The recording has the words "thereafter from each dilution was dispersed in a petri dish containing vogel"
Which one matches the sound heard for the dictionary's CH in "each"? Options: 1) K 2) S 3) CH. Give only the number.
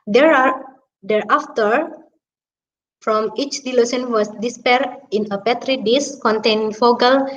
3